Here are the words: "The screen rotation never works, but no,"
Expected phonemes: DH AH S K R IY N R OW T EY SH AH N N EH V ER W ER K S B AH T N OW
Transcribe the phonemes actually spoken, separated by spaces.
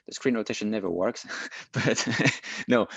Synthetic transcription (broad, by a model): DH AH S K R IY N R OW T EY SH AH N N EH V ER W ER K S B AH T N OW